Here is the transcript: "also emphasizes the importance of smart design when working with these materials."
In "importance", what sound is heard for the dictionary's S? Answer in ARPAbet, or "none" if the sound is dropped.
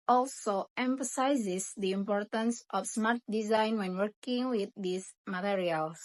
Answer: S